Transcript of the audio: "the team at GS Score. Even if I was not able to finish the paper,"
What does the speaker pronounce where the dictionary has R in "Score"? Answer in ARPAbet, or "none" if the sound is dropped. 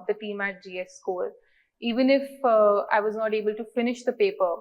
L